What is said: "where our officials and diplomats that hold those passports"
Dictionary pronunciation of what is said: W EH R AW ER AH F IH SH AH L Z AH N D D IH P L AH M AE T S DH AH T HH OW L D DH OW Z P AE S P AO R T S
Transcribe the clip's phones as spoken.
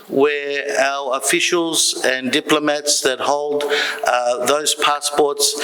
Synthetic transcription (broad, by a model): W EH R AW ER AH F IH SH AH L Z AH N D D IH P L AH M AE T S DH AH T HH OW L D DH OW Z P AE S P AO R T S